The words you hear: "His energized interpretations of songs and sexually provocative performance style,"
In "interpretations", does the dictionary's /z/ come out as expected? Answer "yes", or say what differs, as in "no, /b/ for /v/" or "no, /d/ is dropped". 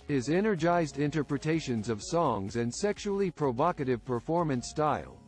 yes